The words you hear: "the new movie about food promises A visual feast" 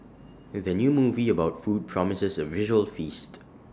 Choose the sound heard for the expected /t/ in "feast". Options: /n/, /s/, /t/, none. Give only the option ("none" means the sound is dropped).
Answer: /t/